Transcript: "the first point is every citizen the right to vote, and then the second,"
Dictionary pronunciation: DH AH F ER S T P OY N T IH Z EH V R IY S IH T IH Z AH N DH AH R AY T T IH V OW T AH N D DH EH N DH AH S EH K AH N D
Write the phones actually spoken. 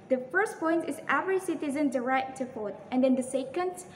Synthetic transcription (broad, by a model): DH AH F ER S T P OY N T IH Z EH V R IY S IH T IH Z AH N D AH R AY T T IH F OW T AH N D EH N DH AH S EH K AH N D